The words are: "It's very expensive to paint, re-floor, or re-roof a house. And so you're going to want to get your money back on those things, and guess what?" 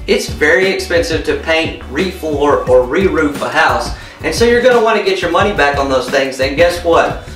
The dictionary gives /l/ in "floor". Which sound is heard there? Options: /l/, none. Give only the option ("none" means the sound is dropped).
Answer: none